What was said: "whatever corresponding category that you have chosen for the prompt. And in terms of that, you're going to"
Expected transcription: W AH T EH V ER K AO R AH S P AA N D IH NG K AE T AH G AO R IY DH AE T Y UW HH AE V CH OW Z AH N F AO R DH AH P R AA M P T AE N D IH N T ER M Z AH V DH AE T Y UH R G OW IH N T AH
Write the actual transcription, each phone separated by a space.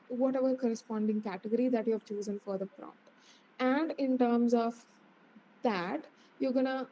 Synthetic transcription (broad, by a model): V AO T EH V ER K AO R AH S P AA N D IH NG K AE T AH G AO R IY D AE T Y UW HH AE V CH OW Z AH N F AO R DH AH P R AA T AE N D IH N T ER M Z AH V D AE T Y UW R G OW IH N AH